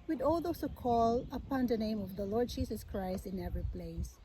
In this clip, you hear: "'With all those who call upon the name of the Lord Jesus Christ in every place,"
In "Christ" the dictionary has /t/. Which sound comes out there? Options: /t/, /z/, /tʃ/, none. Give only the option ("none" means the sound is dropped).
/t/